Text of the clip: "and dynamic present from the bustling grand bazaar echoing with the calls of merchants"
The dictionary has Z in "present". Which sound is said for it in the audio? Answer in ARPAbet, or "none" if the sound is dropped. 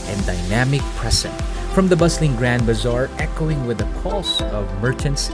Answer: S